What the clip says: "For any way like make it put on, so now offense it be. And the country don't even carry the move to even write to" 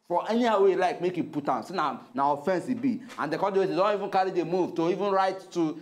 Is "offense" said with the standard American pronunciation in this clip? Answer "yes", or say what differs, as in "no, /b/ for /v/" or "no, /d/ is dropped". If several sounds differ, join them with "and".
yes